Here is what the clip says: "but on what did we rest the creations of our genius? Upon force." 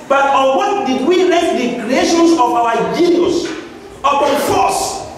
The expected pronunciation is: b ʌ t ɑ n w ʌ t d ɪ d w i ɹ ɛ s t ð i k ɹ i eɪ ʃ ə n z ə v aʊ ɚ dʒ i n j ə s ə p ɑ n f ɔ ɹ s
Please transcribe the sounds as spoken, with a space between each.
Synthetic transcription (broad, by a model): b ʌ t ɑ n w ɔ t d ɪ d w i l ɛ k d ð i k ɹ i eɪ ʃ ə n s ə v aʊ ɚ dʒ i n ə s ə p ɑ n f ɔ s